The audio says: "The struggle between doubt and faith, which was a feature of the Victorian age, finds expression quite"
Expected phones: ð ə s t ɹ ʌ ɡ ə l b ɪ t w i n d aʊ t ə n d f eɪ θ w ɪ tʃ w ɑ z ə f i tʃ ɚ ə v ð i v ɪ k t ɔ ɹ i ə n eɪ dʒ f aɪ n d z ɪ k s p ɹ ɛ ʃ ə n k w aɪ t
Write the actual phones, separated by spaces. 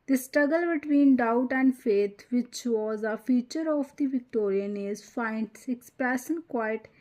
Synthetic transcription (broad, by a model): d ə s t ɹ ʌ ɡ ə l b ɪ t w i n d aʊ t ə n d f eɪ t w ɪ tʃ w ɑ z ə f i tʃ ɚ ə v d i v ɪ k t ɔ ɹ i ə n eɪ z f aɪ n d s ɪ k s p ɹ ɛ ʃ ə n k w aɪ t